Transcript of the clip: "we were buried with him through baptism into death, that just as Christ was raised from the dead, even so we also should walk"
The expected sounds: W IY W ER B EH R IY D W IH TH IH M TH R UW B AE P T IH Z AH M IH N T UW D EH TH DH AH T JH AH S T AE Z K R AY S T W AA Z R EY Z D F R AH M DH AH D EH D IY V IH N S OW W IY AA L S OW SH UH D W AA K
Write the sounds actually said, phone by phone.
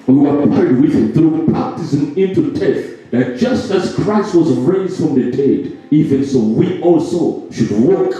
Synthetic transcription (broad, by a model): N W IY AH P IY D W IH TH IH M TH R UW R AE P T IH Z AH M IH N T UW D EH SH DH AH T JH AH S T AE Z K R AY S T W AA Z R EY Z D F R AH M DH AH D EH D IY V IH N S OW W IY AA L S OW SH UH D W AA K